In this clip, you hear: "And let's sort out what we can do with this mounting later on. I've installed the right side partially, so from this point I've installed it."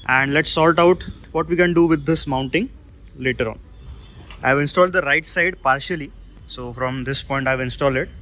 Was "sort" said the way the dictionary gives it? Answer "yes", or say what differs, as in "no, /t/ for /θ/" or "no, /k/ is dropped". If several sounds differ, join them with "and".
no, /l/ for /ɹ/